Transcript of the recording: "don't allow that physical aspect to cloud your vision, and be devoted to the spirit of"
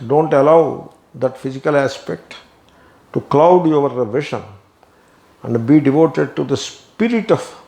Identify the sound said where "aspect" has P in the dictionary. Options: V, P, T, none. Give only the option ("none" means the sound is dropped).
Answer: P